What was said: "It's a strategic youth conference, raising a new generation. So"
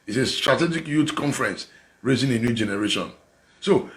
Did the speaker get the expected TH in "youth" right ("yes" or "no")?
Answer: no